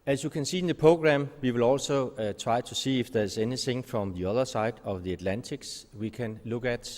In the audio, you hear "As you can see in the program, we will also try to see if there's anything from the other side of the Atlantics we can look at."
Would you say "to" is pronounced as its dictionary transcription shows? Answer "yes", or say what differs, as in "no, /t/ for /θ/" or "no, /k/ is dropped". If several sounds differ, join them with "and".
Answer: no, /s/ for /t/